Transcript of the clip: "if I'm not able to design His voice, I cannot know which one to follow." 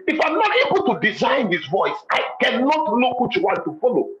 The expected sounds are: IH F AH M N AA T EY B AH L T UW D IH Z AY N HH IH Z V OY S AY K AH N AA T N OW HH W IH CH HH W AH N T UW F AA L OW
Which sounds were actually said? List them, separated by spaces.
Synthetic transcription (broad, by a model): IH F AH M N AA T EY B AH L T UW D IH Z AY N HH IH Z V OY S AY K AH N AA T L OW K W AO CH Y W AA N T UW F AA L OW